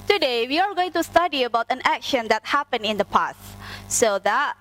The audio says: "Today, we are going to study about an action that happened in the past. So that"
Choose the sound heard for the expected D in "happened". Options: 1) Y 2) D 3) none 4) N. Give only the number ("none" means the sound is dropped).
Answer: 3